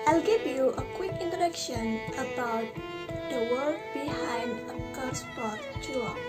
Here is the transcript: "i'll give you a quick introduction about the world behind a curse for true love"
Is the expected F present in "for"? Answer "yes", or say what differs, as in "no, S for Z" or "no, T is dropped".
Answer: no, P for F